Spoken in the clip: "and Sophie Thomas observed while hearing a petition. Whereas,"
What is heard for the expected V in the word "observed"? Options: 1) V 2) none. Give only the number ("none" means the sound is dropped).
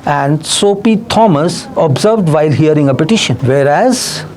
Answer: 1